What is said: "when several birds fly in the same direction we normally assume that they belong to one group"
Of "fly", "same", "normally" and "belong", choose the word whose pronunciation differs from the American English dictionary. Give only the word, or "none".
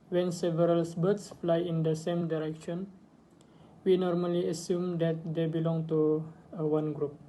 none